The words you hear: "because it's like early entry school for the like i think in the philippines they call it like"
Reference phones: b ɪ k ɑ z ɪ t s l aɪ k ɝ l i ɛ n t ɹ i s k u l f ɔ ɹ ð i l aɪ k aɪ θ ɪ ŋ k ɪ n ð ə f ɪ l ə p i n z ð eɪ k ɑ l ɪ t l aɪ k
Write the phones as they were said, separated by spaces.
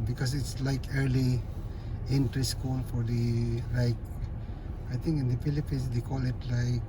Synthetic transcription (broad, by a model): b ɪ k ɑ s ɪ t s l aɪ k ɝ l i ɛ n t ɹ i s k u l f ɔ ɹ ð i l aɪ k aɪ t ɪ ŋ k ɪ n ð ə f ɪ l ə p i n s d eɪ k ɑ l ɪ t l aɪ k